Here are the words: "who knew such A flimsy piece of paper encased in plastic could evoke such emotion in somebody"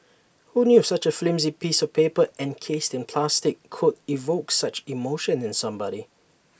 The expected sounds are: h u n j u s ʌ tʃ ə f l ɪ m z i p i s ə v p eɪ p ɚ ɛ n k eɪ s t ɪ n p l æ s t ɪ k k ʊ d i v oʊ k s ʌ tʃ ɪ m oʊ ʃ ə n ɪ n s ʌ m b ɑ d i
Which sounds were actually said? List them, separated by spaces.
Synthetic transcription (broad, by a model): h u n j u s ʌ tʃ ə f l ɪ m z i p i s ə v p eɪ p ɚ ɛ n k eɪ s t ɪ n p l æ s t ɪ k k ʊ d i v oʊ k s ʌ tʃ ɪ m oʊ ʃ ə n ɪ n s ʌ m b ɑ d i